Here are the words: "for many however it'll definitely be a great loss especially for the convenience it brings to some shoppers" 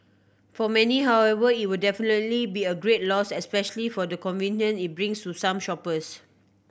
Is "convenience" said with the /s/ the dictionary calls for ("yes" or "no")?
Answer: no